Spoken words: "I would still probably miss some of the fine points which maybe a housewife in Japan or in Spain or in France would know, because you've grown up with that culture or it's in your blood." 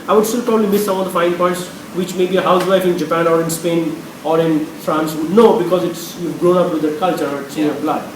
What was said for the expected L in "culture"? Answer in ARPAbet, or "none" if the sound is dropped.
L